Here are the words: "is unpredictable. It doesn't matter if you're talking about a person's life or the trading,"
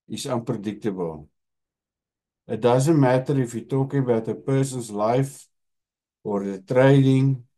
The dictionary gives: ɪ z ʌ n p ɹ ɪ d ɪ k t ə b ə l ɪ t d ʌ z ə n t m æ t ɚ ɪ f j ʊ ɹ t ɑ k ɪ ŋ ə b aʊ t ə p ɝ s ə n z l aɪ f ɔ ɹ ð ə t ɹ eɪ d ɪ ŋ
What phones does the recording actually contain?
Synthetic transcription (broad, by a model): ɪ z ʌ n p ɹ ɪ d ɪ k t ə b ə l ɪ t d ʌ z ə n t m æ t ɚ ɪ f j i t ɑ k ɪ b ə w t ə p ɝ s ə n s l aɪ f ɔ ɹ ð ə t ɹ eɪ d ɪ ŋ